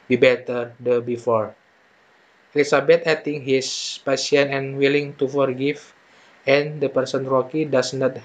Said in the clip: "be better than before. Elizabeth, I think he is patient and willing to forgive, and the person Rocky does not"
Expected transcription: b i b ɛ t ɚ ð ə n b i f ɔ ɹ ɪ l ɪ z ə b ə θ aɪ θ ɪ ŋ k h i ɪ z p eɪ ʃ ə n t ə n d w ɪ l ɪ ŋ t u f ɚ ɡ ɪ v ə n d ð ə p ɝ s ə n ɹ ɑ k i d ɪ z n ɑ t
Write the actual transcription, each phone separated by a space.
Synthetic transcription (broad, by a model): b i b ɛ t ɚ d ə b i f ɔ ɹ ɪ l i s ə b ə t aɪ t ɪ ŋ h i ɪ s p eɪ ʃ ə n ə n w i l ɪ ŋ t u f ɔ ɡ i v ə n d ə p ɝ s ə n ɹ ɑ k i d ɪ s n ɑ t